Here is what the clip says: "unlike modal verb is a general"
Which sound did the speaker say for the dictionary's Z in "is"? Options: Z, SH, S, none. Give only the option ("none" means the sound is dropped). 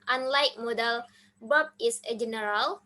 S